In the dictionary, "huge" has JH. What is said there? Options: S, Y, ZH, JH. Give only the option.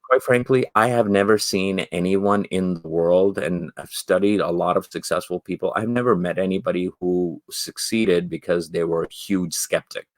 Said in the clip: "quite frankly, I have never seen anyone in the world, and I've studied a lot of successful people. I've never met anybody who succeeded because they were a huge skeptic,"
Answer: ZH